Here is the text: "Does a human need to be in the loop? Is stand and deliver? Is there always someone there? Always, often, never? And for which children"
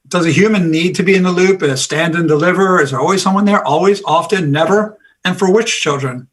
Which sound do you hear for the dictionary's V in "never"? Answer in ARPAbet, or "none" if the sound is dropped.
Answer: V